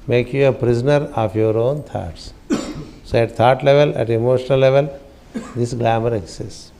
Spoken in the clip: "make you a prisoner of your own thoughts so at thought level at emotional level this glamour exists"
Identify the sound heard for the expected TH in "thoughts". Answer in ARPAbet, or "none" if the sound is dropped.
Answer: T